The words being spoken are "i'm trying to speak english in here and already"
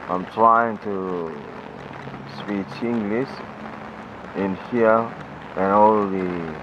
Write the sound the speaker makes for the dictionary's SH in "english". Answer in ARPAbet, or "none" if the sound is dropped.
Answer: S